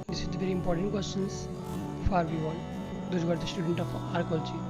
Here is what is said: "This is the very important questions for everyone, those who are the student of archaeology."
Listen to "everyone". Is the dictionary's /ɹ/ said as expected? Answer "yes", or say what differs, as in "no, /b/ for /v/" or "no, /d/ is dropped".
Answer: no, /ɹ/ is dropped